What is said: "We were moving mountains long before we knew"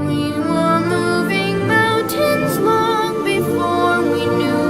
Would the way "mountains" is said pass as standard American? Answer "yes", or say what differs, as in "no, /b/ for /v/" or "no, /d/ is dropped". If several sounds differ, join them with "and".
yes